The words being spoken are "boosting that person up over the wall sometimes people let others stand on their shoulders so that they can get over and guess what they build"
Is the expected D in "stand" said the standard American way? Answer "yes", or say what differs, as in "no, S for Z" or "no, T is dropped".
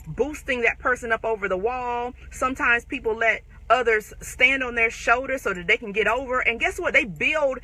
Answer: yes